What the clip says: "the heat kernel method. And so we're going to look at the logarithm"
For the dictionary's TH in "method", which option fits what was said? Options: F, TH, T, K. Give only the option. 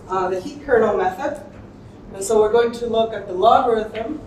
TH